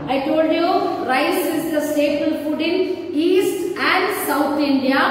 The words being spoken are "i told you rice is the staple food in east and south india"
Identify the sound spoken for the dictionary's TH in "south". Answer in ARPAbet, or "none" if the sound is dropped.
T